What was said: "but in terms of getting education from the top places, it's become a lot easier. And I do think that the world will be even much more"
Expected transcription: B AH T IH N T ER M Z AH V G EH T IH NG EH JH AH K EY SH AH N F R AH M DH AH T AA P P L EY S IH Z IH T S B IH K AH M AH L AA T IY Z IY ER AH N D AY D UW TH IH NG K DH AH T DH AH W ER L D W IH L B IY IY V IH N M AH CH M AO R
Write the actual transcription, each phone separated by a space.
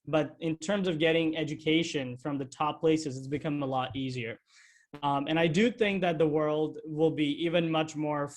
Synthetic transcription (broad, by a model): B AH T IH N T ER M Z AH V G EH T IH NG EH JH AH K EY SH AH N F R AH M DH AH T AA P P L EY S IH Z IH T S B IH K AH M AH L AA T IY Z IY ER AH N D AY D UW TH IH NG K DH AH T DH AH W ER L D W IH L B IY IY V IH N M AH CH M AO R